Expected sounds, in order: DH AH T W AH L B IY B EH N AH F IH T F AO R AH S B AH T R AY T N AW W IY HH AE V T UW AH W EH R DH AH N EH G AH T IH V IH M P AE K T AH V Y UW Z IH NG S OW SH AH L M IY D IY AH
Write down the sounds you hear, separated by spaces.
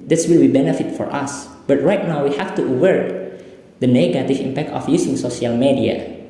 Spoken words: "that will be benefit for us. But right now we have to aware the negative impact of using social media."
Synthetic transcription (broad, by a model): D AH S W AH L B IY B EH N AH F IH T F AO R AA S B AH T R AY T N AW W IY HH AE F T UW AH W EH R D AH N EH G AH T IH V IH M P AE K T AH F Y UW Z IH NG S OW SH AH L M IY D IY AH